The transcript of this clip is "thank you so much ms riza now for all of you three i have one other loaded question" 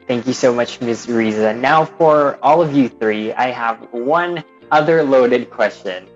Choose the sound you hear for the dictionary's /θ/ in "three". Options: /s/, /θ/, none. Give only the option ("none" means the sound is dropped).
/θ/